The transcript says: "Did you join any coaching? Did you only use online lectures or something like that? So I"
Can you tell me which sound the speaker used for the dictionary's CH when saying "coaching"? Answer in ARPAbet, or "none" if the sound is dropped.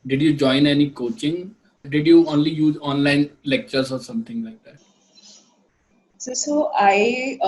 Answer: CH